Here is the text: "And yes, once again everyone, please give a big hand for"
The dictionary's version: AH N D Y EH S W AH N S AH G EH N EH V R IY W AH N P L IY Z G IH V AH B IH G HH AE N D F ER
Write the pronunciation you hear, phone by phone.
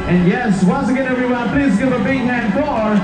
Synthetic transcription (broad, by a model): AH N Y EH S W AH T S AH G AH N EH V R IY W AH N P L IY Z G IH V AH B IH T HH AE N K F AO